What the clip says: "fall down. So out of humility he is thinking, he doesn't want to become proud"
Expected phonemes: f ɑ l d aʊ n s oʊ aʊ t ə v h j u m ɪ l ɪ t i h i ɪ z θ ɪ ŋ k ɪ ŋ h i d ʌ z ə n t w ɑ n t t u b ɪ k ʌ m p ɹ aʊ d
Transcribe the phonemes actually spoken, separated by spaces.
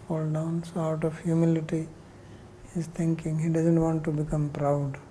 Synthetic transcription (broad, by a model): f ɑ l d aʊ n s oʊ aʊ t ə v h j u m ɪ l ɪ t i h i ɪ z t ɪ ŋ k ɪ ŋ h i d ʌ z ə n t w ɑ n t t u b ɪ k ʌ m p ɹ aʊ d